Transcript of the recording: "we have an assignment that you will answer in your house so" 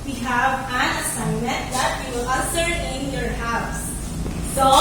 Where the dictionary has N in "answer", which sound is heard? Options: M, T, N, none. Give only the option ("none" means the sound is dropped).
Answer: none